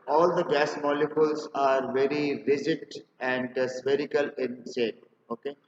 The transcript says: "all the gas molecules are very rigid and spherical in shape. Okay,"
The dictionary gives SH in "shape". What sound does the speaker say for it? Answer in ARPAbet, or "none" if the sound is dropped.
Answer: S